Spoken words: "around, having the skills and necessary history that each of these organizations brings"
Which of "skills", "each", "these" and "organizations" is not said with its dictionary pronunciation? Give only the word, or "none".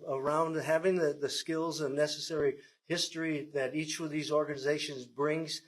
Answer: none